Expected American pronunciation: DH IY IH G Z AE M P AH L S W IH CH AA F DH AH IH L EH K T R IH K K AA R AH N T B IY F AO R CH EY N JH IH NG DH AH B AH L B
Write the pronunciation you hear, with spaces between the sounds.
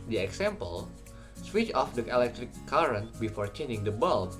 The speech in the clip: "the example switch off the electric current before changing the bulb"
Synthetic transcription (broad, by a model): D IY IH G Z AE M P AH L S W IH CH AA F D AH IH L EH K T R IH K K AA R AH N T B IY F AO R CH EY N IH NG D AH B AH L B